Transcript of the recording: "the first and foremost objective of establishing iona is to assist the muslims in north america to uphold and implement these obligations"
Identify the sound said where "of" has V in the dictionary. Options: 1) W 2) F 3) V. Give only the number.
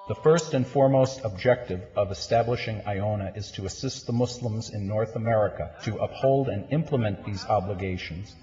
3